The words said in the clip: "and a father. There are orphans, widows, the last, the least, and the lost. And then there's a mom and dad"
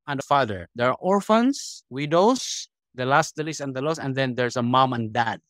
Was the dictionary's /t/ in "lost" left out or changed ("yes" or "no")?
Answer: yes